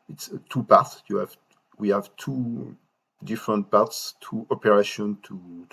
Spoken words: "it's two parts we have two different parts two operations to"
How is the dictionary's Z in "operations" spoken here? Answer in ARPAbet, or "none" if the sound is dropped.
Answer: none